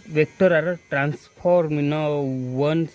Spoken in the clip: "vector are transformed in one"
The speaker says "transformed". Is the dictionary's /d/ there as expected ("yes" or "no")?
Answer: no